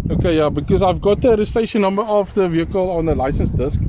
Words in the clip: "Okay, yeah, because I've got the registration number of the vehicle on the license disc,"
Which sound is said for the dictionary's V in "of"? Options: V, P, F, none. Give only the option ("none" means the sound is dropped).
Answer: F